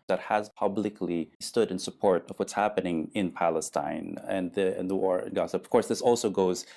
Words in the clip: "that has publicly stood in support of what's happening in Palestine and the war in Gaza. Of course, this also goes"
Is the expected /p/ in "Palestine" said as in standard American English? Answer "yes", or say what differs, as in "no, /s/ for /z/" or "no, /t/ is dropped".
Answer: yes